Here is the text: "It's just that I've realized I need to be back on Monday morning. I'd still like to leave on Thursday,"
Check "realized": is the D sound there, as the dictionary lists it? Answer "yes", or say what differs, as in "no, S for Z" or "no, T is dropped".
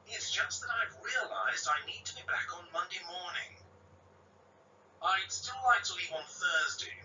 yes